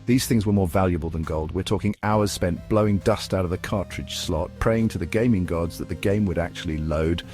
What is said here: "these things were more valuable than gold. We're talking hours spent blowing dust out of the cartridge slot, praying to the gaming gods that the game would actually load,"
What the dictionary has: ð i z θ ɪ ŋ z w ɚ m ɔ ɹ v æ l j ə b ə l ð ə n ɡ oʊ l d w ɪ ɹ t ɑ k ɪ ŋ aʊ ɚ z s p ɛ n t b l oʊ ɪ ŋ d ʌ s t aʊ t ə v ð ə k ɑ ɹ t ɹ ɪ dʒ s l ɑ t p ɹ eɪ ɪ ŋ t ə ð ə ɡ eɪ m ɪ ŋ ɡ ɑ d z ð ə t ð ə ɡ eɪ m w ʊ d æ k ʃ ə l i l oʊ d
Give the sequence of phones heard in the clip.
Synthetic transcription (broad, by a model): ð i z θ ɪ ŋ z w ɚ m ɔ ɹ v æ l j ə b ə l ð ə n ɡ oʊ l d w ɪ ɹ t ɑ k ɪ ŋ aʊ ɚ z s p ɛ n b l oʊ ɪ ŋ d ʌ s t aʊ t ə v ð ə k ɑ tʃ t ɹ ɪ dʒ s l ɑ t p ɹ eɪ ɪ ŋ t ə ð ə ɡ eɪ m ɪ ŋ ɡ ɑ d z ð ə t ð ə ɡ eɪ m w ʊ d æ k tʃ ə l i l oʊ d